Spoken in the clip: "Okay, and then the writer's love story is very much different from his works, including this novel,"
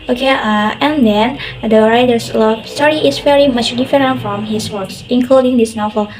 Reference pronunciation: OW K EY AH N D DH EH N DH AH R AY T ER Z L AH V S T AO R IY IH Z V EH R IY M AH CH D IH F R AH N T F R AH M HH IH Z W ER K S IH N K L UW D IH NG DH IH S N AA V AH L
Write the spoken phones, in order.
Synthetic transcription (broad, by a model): OW K EY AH N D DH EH N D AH R AY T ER S L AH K S T AO R IY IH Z V EH R IY M AH CH D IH F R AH N T F R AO M HH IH S W ER K S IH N K L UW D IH NG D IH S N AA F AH